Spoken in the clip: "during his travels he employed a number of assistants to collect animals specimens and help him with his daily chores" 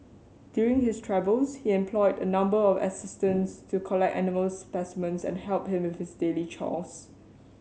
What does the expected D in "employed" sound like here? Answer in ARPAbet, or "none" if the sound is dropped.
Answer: D